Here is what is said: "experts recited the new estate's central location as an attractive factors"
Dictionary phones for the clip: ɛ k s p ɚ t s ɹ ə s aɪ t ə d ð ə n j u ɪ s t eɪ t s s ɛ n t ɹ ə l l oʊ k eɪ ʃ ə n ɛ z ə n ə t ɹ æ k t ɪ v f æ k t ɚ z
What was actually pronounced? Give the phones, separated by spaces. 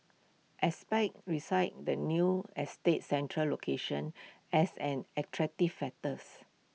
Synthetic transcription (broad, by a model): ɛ s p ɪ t ɹ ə s aɪ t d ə n j u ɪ s t eɪ t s s ɛ n t ɹ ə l l oʊ k eɪ ʃ ə n ɛ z ə n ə t ɹ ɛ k t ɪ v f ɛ t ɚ s